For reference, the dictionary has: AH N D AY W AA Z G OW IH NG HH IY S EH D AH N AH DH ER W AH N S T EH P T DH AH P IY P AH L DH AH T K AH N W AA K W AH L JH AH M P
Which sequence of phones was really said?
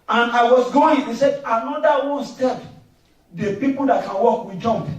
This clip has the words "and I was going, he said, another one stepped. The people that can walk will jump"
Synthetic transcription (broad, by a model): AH N AY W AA S G OW IH NG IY S EH D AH N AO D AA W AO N S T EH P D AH P IY P AH L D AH T K AH N W AA K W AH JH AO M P